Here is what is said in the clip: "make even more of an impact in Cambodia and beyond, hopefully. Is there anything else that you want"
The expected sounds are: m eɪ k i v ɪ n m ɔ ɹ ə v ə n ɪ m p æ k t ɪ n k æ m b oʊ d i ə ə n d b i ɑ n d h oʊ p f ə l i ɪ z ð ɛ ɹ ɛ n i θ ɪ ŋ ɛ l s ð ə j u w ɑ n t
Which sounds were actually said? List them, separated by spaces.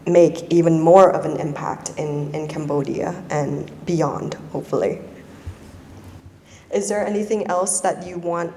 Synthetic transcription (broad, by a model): m eɪ k i v ɪ n m ɔ ɹ ə v ə n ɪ m p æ k t ɪ n k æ m b oʊ d i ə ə n b i ɑ n d h oʊ p f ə l i ɪ z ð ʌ ɹ ɛ n i θ ɪ ŋ ɛ l s ð ə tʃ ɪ w ɑ n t